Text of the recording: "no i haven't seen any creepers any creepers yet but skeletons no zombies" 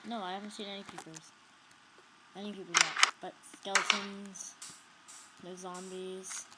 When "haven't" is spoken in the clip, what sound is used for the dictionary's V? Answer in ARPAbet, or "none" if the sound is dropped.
V